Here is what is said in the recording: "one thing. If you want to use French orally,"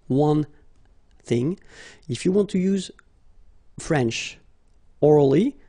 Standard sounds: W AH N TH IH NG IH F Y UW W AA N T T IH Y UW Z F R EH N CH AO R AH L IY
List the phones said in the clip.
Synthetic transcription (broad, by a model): W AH N TH IH NG IH F Y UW W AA N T T IH Y UW Z F R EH N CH AO R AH L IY